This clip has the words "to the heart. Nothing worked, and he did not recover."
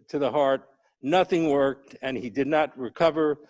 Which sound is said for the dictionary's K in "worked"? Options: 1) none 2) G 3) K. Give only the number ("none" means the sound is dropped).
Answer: 3